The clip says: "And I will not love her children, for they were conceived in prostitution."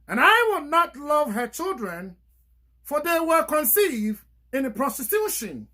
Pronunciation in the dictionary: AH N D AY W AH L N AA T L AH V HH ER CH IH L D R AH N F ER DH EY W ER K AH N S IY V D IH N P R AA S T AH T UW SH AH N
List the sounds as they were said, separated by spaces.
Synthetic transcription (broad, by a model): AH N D AY W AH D N AA T L AH V HH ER CH IH L D R AH N F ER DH EY W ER K AH N S IY V D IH N P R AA S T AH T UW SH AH N